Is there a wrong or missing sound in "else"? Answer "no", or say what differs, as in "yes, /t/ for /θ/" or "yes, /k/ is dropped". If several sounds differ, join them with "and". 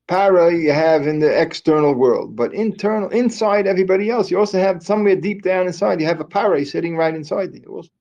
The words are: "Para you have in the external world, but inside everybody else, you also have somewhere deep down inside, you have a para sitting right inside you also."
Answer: no